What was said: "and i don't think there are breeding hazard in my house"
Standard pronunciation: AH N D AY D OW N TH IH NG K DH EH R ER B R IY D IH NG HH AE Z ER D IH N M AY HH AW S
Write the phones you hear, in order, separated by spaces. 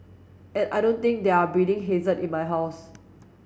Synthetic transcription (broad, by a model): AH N AY D OW N T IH NG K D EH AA B IY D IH NG HH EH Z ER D IH N M AY HH AW S